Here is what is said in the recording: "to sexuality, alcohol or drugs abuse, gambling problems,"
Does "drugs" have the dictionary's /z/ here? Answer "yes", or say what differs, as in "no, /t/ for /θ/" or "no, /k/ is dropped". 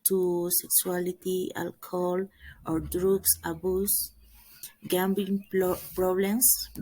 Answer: no, /s/ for /z/